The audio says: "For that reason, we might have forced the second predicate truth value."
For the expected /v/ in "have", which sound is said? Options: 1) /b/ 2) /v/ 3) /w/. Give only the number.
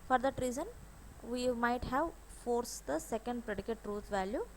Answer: 2